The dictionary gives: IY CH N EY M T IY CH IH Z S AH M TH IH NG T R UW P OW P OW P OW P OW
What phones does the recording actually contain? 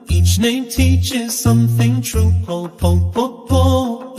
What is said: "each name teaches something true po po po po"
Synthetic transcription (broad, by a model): IY CH N EY M T IY CH IH Z S AH M TH IH NG T R UW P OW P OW F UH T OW